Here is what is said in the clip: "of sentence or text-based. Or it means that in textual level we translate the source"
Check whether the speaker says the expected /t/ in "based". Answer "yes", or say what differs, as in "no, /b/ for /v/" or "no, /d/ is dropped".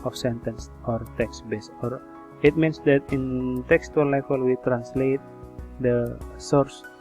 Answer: no, /t/ is dropped